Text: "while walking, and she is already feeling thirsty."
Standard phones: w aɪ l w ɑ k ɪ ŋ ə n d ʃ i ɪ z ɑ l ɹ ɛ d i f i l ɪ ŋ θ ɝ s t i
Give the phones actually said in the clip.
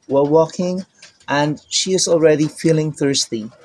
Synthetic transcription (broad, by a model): w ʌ w ɑ k ɪ ŋ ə n ʃ i ɪ z ɑ l ɹ ɛ d i f i l ɪ ŋ θ ɝ s t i